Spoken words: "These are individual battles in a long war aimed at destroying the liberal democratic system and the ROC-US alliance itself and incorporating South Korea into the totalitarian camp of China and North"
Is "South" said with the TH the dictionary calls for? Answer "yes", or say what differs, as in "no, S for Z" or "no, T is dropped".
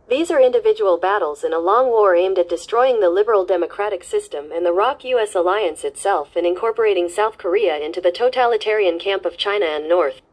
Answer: yes